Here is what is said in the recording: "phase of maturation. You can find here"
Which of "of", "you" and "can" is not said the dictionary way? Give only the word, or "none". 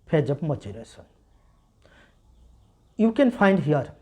of